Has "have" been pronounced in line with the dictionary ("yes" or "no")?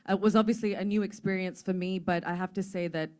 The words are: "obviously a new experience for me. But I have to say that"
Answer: no